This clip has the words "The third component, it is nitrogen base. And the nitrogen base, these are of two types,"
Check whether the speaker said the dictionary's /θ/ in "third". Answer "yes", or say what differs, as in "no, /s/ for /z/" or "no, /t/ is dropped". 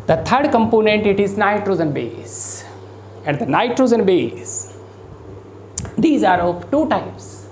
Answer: no, /t/ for /θ/